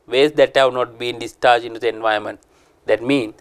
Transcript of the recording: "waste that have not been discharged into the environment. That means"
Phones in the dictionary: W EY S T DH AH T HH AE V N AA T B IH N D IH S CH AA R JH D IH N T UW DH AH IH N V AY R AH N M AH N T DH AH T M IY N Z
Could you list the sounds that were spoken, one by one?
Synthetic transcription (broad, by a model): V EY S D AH T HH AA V N AA T B IH N D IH S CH AA R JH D IH N T UW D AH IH N V AY AH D M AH N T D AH T M IY N